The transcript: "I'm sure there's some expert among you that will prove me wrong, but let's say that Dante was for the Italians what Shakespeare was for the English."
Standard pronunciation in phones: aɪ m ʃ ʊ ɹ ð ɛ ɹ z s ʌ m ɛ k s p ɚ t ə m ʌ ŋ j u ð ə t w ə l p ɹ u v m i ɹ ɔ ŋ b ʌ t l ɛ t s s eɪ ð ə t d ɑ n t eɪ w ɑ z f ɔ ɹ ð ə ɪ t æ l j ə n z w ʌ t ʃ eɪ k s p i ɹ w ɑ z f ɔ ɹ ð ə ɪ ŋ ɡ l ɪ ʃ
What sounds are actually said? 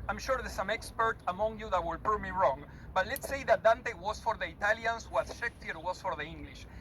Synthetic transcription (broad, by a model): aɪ m ʃ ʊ ɹ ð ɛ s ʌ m ɛ k s p ɚ t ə m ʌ ŋ j u ð ə t w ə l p u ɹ m i ɹ ɔ ŋ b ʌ t l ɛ t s s eɪ ð ə t d ɑ n t eɪ w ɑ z f ɔ ɹ ð ə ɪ t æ l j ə n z w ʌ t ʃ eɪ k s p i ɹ w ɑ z f ɔ ɹ ð ə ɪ ŋ ɡ l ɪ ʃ